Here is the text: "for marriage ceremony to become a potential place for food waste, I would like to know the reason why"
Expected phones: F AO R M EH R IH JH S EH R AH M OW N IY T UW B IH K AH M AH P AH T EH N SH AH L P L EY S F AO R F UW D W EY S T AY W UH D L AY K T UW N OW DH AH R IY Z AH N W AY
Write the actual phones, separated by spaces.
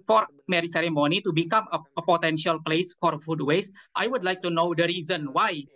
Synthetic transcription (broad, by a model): F AO R M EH R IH S EH R AH M OW N IY T UW B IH K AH M AH P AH T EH N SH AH L P L EY S F AO R F UW D W EY S T AY W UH D L AY K T UW N OW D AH R IY Z AH N W AY